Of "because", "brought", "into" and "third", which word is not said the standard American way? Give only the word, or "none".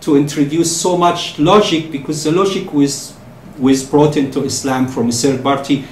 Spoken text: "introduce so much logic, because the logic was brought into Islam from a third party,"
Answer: third